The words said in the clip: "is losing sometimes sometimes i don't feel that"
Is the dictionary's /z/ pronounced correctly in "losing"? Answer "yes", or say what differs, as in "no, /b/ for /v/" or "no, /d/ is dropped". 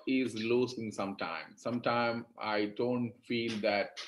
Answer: no, /s/ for /z/